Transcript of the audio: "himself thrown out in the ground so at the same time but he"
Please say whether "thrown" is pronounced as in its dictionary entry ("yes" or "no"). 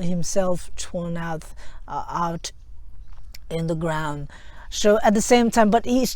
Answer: no